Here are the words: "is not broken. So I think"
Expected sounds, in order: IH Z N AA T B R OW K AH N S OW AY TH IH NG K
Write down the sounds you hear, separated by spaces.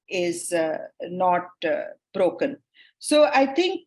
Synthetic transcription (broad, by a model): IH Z N AA T B R OW K AH N S OW AY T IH NG K